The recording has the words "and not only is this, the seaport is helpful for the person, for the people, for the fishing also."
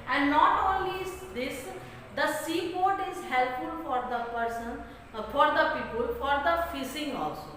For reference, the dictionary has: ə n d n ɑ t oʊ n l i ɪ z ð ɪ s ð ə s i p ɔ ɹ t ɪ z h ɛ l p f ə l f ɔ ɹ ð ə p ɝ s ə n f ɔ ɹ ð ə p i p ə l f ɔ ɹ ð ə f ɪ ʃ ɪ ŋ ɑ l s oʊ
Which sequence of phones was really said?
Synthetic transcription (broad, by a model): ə n d n ɑ t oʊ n l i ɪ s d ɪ s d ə s i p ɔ ɹ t ɪ z h ɛ l p f ə l f ɔ ɹ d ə p ɝ s ə n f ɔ ɹ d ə p i p ə l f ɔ ɹ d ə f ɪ s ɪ ŋ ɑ l s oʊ